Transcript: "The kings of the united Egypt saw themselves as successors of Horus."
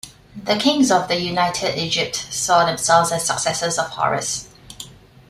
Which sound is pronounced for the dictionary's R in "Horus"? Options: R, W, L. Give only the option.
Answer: R